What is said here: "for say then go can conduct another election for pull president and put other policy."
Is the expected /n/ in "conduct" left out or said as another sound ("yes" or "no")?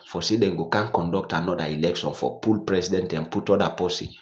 no